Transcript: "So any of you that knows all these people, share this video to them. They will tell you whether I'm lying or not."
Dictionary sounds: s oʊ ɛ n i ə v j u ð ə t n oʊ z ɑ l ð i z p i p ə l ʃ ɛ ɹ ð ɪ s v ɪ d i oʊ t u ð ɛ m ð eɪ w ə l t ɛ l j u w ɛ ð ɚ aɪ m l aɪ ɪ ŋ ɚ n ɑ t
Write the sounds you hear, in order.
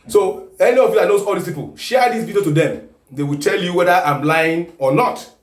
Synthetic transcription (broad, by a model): s oʊ ɛ n i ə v j u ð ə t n oʊ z ɑ l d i s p i p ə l ʃ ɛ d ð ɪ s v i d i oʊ t u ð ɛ m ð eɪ w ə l t ɛ l j u w ɛ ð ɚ aɪ m l aɪ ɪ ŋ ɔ n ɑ t